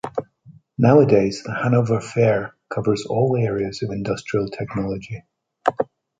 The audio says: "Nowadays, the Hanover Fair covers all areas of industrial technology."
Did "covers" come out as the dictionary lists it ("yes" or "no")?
yes